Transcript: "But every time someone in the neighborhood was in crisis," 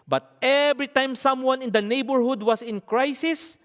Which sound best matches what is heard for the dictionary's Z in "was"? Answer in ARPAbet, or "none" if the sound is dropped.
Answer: S